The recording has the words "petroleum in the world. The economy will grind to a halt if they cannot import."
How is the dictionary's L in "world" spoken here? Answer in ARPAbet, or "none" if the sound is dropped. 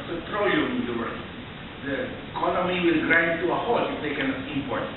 none